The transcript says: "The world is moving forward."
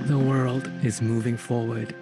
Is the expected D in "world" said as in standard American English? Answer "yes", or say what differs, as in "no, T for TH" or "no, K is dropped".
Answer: yes